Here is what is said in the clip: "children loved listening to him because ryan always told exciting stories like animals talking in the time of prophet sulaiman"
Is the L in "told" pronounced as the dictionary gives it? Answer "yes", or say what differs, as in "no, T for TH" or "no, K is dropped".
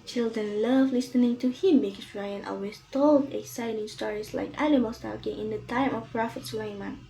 yes